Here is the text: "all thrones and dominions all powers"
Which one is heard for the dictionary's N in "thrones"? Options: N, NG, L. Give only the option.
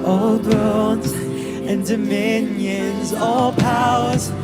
L